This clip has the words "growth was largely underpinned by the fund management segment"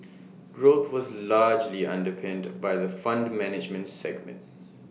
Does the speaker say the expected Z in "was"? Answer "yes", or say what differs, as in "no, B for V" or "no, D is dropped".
yes